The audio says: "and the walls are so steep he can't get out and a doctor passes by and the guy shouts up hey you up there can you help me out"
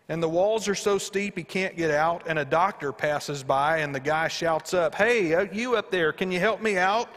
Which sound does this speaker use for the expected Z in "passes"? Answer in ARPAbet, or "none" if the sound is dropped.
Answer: Z